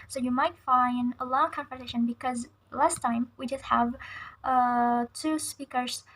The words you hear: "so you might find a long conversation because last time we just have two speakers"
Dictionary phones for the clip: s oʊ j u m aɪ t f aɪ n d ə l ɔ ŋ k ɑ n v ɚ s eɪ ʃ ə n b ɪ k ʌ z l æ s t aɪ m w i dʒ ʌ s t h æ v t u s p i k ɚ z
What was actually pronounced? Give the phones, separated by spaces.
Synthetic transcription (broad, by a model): s oʊ j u m aɪ t f aɪ n d ə l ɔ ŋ k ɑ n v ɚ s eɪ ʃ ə n b ɪ k ʌ z l æ s t aɪ m w i dʒ ʌ s t h æ v t u s p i k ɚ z